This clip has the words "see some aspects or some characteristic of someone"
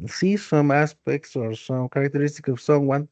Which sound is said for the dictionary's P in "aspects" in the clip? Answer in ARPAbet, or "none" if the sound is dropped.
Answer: P